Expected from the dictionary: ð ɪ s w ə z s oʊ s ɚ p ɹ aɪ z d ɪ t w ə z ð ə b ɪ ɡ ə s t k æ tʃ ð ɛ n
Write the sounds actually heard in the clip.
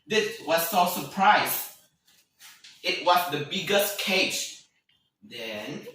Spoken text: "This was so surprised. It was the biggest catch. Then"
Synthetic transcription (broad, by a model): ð ɪ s w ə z s oʊ s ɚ p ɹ aɪ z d ɪ t w ə z ð ə b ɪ ɡ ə s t k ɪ s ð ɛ n